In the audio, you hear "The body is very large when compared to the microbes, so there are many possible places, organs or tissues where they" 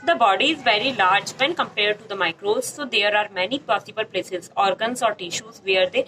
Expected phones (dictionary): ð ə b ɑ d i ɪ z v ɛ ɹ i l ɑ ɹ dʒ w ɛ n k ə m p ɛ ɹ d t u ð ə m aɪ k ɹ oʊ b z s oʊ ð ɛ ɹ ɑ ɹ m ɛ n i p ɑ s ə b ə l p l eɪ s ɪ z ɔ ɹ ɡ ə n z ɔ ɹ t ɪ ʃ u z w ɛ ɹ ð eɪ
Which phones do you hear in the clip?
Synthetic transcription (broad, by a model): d ə b ɑ d i ɪ z v ɛ ɹ i l ɑ ɹ dʒ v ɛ n k ə m p ɛ ɹ d t u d ə m aɪ k ɹ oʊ z s oʊ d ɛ ɹ ɑ ɹ m ɛ n i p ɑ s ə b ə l p l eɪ s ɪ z ɔ ɹ ɡ ə n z ɔ ɹ t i ʃ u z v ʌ ɹ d eɪ